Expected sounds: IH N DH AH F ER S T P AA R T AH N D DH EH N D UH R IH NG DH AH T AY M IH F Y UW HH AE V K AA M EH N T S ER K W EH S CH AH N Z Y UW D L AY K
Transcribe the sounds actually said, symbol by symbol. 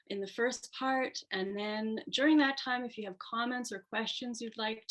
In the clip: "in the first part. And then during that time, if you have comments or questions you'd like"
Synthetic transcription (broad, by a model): IH N DH AH F ER S P AA R T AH N DH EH N D UH R IH NG DH AH T AY M IH F Y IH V K AA M EH N T S ER K W EH S CH AH N Z Y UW D L AY K